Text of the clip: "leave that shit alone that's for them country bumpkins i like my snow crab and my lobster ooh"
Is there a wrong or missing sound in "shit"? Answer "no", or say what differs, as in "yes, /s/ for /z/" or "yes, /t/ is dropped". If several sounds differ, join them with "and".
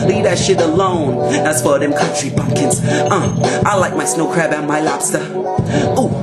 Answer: no